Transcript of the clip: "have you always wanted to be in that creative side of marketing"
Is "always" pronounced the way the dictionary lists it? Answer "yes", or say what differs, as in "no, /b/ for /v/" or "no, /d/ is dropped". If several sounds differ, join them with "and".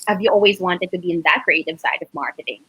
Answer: yes